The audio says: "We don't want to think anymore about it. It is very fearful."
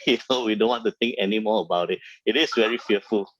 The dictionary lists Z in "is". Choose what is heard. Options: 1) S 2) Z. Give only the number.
1